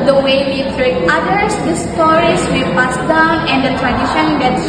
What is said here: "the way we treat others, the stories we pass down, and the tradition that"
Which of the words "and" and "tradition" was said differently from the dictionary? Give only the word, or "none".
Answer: none